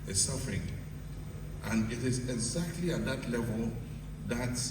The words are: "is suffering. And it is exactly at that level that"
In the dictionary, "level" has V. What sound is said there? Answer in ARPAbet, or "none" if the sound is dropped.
V